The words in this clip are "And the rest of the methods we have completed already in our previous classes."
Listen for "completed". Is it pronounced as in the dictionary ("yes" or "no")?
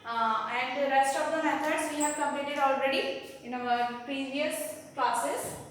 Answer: no